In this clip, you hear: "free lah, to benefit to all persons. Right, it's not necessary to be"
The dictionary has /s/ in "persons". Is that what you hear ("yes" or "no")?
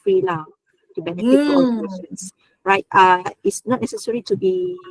no